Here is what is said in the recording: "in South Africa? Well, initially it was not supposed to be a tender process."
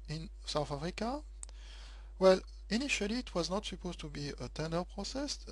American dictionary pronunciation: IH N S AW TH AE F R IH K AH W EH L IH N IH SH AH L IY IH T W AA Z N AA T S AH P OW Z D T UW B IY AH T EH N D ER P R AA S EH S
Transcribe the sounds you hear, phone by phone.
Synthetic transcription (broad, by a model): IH N S AW TH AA F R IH K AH W EH L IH N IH SH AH L IY T W AA Z N AA T S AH P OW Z T UW B IY AH T EH N D ER P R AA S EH S